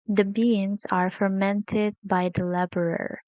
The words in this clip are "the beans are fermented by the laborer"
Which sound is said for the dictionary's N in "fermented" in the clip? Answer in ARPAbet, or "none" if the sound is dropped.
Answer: N